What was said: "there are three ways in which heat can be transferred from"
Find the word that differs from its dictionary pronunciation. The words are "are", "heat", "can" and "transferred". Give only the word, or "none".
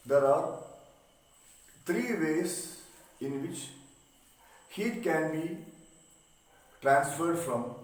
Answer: none